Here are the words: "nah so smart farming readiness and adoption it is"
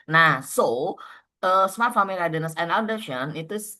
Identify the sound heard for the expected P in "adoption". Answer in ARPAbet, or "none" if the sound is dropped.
none